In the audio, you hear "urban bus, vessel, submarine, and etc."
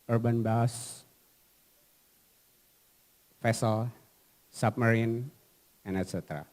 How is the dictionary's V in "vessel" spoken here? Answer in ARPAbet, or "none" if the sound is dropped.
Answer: F